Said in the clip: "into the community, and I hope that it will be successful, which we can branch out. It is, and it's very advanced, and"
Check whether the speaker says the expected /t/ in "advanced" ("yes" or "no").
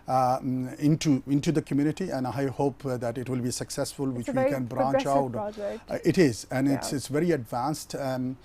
yes